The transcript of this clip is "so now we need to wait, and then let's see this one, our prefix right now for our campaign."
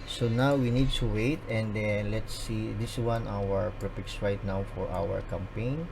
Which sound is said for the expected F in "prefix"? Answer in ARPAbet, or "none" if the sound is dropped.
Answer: P